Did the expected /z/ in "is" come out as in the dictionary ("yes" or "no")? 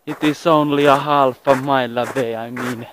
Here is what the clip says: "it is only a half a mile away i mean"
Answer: no